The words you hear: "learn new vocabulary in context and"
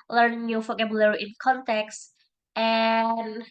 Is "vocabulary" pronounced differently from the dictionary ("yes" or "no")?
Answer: yes